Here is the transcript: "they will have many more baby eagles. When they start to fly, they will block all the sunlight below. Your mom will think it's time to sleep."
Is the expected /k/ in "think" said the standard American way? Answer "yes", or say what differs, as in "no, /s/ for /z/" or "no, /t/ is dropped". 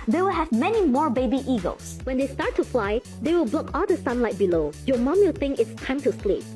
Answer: no, /k/ is dropped